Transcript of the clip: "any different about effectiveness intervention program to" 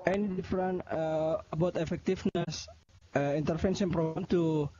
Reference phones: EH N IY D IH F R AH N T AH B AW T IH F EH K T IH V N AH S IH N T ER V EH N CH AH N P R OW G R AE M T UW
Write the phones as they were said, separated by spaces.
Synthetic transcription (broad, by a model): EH N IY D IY F R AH N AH AH B AW T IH F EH K T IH F N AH S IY N T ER F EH N S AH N P R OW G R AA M T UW